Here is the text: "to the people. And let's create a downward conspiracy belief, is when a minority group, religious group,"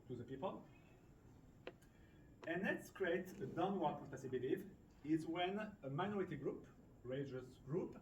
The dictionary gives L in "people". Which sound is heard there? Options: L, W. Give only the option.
L